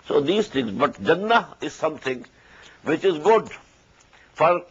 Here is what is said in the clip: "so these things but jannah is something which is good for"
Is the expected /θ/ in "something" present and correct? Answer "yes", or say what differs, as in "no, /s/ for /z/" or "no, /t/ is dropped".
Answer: no, /t/ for /θ/